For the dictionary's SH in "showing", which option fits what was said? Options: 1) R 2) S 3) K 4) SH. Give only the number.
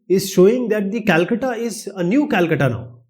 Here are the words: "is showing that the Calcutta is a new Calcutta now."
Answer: 4